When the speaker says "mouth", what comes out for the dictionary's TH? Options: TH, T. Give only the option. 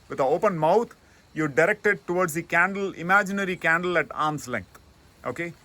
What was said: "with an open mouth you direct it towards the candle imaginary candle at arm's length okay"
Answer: T